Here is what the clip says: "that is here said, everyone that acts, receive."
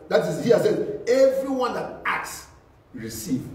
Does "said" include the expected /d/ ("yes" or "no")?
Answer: no